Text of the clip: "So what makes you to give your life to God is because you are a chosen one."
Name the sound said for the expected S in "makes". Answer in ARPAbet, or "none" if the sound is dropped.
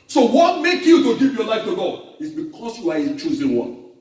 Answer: none